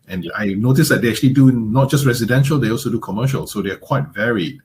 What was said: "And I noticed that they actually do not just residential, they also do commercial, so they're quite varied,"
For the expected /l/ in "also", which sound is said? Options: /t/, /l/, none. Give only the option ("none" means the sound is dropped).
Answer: /l/